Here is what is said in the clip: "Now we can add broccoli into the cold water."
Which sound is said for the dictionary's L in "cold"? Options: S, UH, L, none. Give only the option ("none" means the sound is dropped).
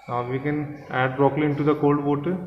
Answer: L